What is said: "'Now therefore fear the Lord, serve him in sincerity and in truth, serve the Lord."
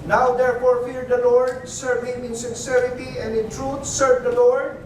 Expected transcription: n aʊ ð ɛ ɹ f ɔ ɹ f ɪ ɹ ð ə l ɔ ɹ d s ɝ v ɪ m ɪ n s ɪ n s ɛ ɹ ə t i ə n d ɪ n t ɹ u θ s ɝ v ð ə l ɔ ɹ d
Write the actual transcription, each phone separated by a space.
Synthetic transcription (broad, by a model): n aʊ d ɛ ɹ f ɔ ɹ f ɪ ɹ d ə l ɔ ɹ d s ɝ v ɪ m ɪ n s ɪ n s ɛ ɹ ə t i ə n d ɪ n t ɹ u t s ɝ v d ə l ɔ ɹ d